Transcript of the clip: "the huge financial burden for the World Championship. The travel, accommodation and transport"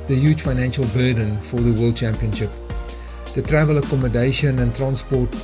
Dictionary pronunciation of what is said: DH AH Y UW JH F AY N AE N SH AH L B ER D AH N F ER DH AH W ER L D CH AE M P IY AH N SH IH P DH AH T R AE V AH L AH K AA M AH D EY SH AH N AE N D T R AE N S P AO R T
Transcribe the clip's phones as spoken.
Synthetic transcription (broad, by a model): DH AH Y UW JH F AY N AE N SH AH L B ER D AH N F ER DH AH W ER L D CH AE M P IY AH N SH IH P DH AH T R AE V AH L AH K AA M AH D EY SH AH N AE N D T R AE N S P AO T